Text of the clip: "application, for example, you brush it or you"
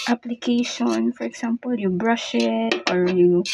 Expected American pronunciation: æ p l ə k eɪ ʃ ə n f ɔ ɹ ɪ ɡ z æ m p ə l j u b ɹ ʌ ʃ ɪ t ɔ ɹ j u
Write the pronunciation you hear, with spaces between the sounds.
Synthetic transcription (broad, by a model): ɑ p l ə k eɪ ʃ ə n f ɔ ɹ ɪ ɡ s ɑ m p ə l j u b ɹ ʌ ʃ ɪ t ɔ ɹ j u